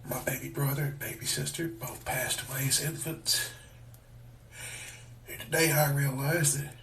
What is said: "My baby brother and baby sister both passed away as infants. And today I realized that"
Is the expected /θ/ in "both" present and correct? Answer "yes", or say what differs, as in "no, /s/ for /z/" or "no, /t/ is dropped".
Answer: yes